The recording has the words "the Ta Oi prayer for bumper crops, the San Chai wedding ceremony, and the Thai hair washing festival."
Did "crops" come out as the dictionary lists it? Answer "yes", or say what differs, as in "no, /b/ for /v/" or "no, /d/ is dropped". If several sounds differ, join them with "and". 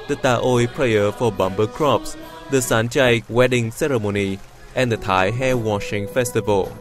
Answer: yes